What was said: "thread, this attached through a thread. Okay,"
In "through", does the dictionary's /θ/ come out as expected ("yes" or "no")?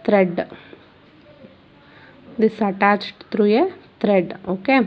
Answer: no